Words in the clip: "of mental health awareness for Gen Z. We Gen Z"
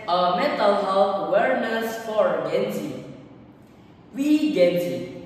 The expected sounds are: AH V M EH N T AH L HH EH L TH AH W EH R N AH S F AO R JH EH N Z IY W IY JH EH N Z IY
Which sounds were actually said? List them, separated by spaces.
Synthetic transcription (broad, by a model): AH M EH T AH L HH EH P W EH R N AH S F AO R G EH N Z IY W IY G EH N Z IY